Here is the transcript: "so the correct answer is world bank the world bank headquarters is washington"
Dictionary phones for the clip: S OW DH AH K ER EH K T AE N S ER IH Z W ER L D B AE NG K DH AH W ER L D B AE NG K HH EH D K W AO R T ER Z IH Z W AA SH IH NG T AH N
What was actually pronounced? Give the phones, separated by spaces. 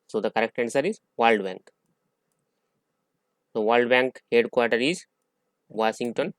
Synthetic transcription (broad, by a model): S OW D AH K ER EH K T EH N S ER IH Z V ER L D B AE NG K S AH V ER L D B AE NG K HH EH D K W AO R T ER IH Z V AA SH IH NG T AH N